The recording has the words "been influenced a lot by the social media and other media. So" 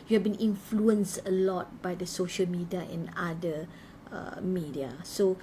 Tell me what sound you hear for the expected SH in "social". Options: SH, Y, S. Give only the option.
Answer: SH